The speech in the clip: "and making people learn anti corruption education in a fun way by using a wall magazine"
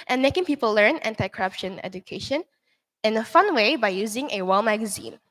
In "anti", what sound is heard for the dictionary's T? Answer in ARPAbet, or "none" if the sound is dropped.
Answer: T